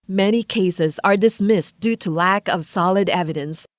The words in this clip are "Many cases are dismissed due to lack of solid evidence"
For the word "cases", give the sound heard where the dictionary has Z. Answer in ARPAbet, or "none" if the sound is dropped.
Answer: Z